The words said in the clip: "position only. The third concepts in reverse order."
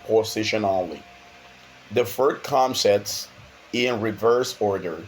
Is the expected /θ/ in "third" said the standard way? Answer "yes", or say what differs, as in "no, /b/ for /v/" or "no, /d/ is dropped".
no, /f/ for /θ/